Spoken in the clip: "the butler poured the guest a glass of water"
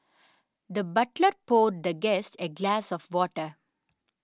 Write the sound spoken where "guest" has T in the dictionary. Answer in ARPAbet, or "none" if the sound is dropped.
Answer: T